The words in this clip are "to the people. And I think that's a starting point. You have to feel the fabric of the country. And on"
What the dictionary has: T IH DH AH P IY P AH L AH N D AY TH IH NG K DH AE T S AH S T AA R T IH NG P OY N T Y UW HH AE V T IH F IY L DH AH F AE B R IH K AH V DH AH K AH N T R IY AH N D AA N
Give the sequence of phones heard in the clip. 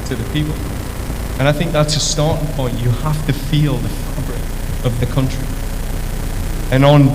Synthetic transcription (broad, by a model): T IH DH AH P IY P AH L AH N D AY TH IH NG K DH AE T S AH S T AA R T IH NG P OY N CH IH HH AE F T IH F IY L DH AH F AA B R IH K AH V DH AH K AH N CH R IY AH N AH N